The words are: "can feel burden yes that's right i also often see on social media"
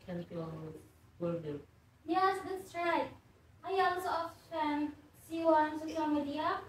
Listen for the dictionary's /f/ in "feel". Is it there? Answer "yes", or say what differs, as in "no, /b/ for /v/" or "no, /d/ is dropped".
no, /p/ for /f/